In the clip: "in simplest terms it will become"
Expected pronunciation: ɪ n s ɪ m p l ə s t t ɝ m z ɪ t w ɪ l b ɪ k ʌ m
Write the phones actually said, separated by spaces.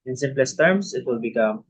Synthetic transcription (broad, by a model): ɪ n s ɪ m p l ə s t t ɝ m s ɪ t w ɪ l b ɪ k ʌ m